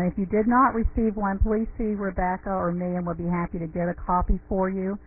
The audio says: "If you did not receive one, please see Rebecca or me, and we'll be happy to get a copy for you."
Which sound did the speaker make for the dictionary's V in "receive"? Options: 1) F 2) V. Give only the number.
2